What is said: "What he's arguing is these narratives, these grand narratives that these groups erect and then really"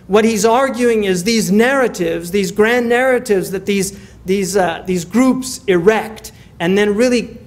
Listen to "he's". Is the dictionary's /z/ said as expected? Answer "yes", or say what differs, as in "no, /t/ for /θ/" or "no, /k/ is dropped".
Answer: yes